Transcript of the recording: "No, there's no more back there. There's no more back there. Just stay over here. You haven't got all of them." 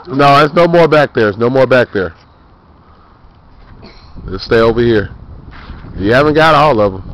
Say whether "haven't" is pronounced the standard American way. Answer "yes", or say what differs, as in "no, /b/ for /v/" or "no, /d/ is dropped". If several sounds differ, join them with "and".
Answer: yes